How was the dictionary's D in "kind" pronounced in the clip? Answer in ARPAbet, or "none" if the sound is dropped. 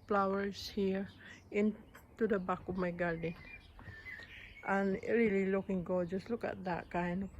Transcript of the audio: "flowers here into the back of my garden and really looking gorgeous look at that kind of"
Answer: none